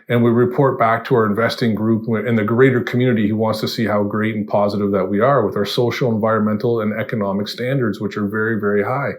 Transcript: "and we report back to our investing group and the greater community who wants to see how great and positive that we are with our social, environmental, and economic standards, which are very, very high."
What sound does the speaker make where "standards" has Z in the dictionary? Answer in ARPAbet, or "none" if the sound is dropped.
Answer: Z